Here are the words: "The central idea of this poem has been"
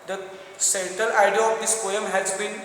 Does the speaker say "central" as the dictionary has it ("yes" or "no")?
no